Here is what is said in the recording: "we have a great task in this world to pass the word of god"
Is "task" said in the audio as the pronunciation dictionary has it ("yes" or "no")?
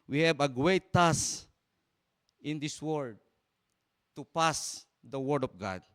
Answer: no